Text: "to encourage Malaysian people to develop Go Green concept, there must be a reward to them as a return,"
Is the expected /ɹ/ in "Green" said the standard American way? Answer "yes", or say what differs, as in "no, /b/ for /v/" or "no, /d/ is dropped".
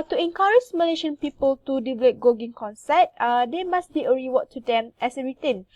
no, /ɹ/ is dropped